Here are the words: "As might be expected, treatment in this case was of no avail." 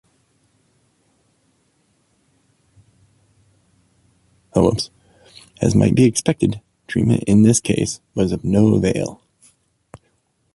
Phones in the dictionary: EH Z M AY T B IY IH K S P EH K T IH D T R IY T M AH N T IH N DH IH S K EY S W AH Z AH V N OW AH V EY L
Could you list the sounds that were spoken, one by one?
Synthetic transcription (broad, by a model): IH Z M AY T B IY IH K S P EH K T IH D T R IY M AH T IH N DH IH S K EY S W AH Z AH V N OW AH V EY L